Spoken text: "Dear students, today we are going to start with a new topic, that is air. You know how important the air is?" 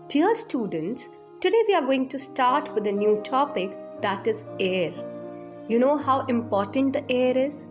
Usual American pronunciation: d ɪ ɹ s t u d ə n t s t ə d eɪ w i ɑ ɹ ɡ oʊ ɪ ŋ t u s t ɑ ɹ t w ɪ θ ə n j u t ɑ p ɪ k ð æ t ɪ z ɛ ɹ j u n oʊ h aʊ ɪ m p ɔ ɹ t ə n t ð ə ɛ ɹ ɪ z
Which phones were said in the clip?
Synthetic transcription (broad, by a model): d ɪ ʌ s t u d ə n t s t ə d eɪ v i ɑ ɹ ɡ oʊ ɪ ŋ t u s t ɑ ɹ t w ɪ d ə n j u t ɑ p ɪ k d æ t ɪ z ɛ ɹ j u n oʊ h aʊ ɪ m p ɔ ɹ t ə n t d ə ɛ ɹ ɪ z